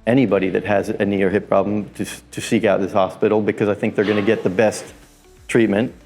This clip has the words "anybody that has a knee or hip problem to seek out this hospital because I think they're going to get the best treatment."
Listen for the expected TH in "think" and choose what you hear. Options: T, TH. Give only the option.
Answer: TH